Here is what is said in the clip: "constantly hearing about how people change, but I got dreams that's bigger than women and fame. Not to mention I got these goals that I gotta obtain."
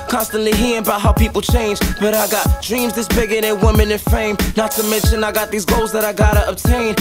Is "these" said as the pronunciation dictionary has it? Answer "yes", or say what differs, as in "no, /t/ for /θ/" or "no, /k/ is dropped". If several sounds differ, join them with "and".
yes